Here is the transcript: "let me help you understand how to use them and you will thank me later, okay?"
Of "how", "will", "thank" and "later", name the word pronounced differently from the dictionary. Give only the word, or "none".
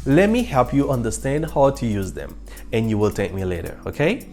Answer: thank